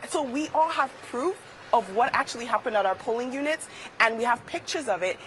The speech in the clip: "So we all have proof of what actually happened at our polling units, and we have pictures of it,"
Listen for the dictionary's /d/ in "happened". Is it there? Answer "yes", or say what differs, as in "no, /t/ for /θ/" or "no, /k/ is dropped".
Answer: yes